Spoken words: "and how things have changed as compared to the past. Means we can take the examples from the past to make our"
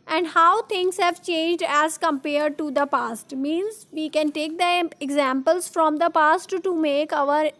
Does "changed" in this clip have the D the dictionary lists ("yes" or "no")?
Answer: yes